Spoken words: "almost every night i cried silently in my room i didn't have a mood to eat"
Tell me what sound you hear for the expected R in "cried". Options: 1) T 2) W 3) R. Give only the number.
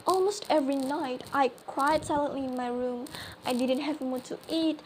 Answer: 2